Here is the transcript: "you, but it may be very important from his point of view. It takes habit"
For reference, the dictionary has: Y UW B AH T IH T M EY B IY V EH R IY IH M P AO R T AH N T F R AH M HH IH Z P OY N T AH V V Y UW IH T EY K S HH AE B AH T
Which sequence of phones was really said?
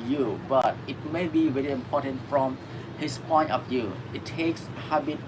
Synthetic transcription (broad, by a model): Y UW B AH T IH T M EY B IY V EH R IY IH M P AO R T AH N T F R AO M HH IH S P OY N T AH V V Y UW IH T EY K S HH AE B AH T